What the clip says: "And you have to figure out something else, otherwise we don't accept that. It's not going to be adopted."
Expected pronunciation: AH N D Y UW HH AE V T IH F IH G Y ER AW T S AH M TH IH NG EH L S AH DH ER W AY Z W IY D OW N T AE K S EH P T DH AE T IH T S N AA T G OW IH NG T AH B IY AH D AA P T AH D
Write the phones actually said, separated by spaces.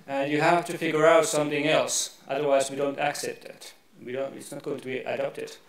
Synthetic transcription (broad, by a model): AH N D Y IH HH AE F T IH F IH G Y ER AW T S AH M TH IH NG EH L S AH DH ER W AY Z W IY D OW N T AE K S EH P T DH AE T IH T S N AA T G OW IH NG T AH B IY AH D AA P T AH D